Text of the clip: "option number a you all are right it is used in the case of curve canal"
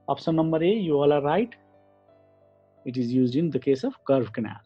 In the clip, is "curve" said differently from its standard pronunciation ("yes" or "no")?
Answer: yes